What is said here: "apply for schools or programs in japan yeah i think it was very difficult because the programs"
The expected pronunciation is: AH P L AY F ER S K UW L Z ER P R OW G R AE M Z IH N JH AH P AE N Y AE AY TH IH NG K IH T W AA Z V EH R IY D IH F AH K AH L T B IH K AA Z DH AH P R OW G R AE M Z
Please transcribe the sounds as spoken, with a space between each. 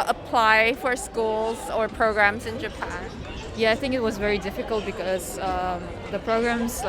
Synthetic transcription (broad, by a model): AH P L AY F ER S K UW L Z ER P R OW G R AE M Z IH N JH AH P AE N Y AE AY TH IH NG K IH T W AA Z V EH R IY D IH F AH K AH L T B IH K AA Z DH AH P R OW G R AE M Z